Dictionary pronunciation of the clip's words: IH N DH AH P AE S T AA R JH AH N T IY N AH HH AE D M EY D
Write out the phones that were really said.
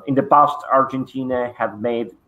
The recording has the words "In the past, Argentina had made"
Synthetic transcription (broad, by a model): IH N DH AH B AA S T AA R JH AH N T IY N AH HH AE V M EY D